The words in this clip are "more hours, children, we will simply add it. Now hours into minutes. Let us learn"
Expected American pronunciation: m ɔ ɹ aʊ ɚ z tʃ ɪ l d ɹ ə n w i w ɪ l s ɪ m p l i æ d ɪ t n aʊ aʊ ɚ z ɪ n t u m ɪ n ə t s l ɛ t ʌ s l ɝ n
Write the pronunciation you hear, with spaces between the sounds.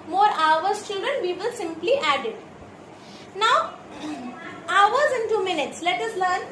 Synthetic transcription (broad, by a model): m ɔ ɹ aʊ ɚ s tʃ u d ə n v i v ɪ l s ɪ m p l i æ d ɪ t n aʊ aʊ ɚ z ɪ n t u m ɪ n ə t s l ɛ t ʌ s l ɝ n